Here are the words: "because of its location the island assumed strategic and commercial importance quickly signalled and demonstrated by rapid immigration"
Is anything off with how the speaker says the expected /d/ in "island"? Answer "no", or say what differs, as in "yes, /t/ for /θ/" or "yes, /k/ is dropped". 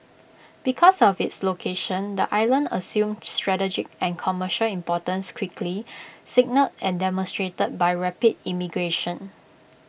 no